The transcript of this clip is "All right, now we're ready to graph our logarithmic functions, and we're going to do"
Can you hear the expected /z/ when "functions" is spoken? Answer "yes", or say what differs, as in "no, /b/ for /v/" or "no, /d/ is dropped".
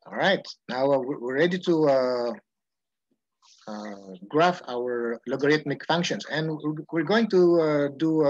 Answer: no, /s/ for /z/